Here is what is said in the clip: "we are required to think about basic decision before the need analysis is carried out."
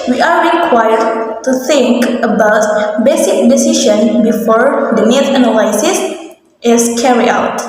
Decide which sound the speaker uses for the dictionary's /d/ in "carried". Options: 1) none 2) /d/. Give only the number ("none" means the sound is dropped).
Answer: 1